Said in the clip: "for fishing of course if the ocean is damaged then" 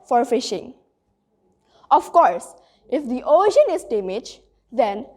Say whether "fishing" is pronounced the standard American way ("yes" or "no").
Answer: yes